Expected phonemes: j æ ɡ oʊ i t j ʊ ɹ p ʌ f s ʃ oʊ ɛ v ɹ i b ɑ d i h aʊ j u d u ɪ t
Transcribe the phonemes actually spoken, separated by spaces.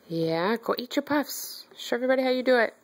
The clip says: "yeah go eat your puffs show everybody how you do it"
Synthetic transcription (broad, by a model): j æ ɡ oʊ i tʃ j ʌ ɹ p ʌ f s ʃ oʊ ɛ v ɹ i b ɑ d i h aʊ j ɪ d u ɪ t